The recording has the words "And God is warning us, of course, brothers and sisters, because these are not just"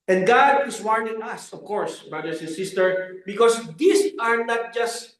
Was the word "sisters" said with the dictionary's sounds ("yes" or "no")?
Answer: no